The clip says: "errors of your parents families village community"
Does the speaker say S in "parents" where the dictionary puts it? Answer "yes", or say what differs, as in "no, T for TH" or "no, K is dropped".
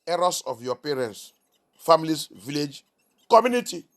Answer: yes